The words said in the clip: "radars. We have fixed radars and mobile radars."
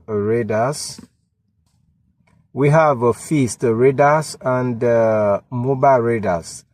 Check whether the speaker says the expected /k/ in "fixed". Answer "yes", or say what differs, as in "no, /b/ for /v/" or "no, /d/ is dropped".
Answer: no, /k/ is dropped